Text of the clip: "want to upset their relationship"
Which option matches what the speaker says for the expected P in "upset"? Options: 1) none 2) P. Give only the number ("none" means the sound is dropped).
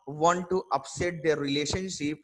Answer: 2